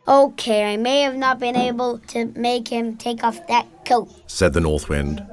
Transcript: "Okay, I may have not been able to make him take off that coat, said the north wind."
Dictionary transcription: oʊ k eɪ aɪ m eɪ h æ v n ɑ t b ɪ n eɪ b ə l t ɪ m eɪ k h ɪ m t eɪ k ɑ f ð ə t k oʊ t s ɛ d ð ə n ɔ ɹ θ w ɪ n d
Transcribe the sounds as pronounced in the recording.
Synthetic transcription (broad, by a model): oʊ k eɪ aɪ m eɪ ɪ v n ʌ t b ɪ n eɪ b ə l t ɪ m eɪ k h ɪ m t eɪ k ɑ f ð ə t k oʊ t s ɛ d ð ə n ɔ ɹ θ w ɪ n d